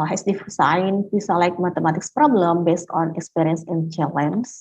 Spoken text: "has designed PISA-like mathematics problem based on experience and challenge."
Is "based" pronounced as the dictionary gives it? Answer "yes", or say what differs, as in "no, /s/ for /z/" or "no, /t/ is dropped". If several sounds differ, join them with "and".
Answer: yes